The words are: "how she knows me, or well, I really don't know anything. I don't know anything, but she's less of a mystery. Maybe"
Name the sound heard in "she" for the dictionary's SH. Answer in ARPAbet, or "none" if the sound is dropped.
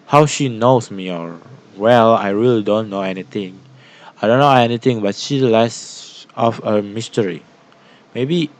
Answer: SH